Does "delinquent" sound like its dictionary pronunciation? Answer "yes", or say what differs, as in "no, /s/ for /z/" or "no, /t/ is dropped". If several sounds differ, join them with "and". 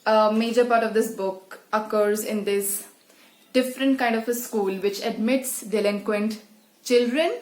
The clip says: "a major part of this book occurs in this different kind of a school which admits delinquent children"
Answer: yes